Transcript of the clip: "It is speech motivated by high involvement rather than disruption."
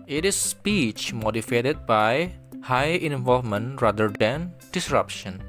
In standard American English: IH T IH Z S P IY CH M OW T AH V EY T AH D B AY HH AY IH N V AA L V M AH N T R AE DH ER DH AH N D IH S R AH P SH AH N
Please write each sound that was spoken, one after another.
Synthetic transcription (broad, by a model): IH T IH S P IY CH M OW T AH F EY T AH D B AY HH AY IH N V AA L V M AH N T R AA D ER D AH N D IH S R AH P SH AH N